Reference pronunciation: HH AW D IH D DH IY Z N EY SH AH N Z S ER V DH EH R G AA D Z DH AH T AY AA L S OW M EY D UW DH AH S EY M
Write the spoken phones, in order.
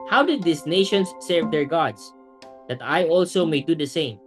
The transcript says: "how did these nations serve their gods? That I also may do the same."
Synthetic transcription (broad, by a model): HH AW D IH D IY S N EY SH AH N S ER V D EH R G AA D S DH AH T AY AA L S OW M EY D UW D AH S EY M